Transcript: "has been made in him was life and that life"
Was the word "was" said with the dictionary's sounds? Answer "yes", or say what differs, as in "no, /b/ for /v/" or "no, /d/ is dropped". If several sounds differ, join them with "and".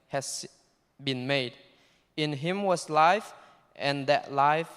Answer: no, /s/ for /z/